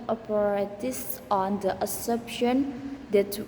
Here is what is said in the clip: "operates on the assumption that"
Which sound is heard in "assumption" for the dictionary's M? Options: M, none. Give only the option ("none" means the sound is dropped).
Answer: none